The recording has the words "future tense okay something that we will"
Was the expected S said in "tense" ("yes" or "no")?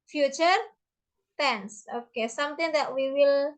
yes